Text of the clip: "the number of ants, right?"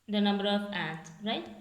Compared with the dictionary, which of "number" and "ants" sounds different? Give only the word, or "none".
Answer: ants